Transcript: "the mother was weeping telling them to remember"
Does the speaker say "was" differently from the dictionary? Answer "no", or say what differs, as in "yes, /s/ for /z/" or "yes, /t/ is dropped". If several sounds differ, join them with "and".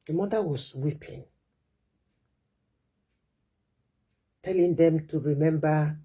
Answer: yes, /s/ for /z/